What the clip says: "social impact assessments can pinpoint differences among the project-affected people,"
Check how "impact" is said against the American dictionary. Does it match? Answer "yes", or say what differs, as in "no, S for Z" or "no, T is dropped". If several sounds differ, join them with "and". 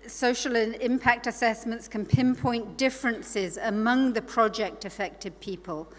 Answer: yes